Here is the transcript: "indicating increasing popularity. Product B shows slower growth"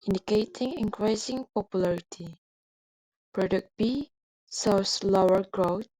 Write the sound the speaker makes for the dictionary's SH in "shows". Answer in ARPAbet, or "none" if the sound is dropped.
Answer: S